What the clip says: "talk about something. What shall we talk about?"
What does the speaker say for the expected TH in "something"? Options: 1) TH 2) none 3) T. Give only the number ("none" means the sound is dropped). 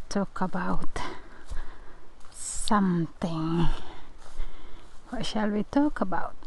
3